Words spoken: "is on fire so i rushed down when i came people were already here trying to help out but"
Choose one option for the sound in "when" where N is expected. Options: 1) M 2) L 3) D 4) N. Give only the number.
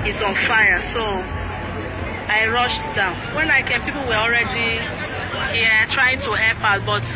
4